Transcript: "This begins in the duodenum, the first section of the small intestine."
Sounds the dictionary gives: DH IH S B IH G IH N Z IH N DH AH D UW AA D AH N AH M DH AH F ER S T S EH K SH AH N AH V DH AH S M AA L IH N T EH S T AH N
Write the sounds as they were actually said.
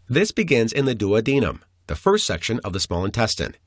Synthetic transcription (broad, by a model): DH IH S B IH G IH N Z IH N DH AH D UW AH D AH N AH M DH AH F ER S T S EH K SH AH N AH V DH AH S M AA L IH N T EH S T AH N